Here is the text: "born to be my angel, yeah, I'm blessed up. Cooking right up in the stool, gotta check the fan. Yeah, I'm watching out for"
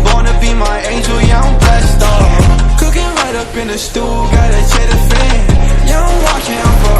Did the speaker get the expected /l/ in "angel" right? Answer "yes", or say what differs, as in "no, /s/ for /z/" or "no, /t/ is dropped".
yes